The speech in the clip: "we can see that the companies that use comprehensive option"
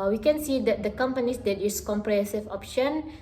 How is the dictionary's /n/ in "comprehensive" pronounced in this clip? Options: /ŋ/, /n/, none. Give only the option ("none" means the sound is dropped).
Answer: none